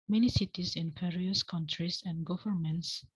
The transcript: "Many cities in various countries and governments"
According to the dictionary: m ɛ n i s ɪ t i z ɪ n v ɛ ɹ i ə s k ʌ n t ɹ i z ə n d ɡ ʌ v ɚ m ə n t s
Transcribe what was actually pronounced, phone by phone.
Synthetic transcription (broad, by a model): m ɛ n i s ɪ t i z ɪ n p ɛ ɹ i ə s k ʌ n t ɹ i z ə n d ɡ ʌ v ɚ m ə n t s